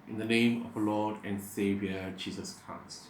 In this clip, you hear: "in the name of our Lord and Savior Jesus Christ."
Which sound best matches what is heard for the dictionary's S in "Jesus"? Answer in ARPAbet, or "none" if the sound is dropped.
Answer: S